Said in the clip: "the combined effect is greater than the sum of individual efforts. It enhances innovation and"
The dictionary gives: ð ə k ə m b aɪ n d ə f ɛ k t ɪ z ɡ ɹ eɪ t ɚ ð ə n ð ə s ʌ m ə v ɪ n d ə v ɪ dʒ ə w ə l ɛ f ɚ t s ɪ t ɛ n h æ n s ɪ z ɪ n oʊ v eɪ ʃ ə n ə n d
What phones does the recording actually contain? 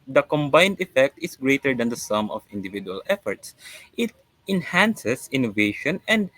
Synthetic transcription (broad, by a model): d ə k ə m b aɪ n d ə f ɛ k t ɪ s ɡ ɹ eɪ t ɚ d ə n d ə s ʌ m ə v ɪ n d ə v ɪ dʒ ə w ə l ɛ f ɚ t s ɪ t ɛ n h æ n s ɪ s ɪ n oʊ v eɪ ʃ ə n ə n d